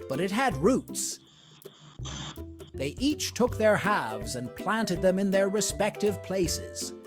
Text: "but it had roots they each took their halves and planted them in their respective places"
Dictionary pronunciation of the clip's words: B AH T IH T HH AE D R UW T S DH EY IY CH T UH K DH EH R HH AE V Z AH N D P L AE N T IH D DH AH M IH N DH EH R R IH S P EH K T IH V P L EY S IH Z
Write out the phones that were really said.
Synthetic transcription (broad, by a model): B AH T IH T HH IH D R UW T S DH EY IY CH T UH K DH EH R HH AE V Z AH N P L AE N T IH D DH AH M IH N DH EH R R IH S P EH K T IH V P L EY S IH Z